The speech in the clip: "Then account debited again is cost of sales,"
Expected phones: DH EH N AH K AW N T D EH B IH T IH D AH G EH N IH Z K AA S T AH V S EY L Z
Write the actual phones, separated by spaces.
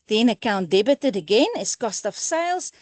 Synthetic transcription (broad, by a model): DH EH N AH K AW N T D EH B IH T IH D AH G EH N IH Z K AA S T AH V S EY L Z